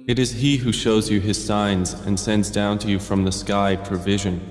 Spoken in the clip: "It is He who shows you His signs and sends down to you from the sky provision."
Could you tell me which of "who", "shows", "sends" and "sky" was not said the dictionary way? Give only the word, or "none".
none